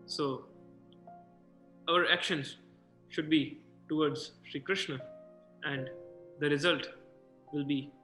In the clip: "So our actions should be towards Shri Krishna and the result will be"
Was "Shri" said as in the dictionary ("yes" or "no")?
yes